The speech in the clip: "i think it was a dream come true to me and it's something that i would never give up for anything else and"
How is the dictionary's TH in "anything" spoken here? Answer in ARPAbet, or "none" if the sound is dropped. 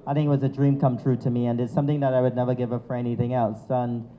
TH